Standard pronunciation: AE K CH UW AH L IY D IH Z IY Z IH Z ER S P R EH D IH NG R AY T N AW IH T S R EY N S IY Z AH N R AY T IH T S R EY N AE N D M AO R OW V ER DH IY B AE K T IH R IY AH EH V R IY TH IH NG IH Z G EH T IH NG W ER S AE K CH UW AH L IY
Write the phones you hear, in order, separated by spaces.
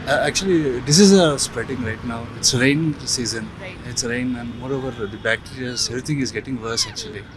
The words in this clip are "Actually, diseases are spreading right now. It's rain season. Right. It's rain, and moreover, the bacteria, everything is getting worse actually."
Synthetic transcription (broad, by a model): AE K CH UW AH L IY D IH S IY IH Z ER S P R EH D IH NG R AY T N AW IH T S R EY N S IY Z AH N IH T S R EY N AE N D M AO R OW V ER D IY B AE K T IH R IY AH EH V R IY T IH NG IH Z G EH T IH NG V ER S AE K CH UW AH L IY